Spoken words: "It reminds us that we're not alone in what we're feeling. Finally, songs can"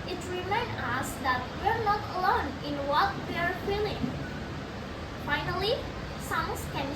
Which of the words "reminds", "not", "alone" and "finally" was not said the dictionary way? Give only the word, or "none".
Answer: reminds